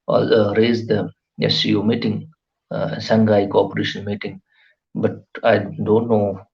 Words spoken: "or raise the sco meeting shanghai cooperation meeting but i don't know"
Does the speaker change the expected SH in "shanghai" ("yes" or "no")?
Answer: yes